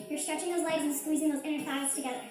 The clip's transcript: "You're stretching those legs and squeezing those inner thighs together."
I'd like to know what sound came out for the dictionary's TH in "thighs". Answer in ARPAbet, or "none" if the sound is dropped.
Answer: F